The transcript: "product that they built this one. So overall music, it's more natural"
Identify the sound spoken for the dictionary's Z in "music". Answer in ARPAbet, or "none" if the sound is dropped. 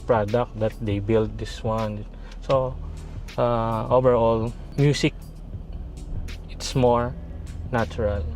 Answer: S